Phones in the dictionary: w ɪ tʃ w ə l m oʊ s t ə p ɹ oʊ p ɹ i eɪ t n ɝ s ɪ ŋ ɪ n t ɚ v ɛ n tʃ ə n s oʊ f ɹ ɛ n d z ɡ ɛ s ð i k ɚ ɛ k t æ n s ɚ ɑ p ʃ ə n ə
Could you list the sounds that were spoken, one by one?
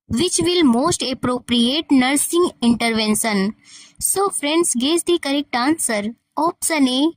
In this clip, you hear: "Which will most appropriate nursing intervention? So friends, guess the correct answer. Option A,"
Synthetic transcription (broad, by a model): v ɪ tʃ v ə l m oʊ s t ə p ɹ oʊ p ɹ i eɪ t n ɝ s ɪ ŋ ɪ n t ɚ v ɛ n s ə n s oʊ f ɹ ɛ n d s ɡ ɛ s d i k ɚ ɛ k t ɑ n s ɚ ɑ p s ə n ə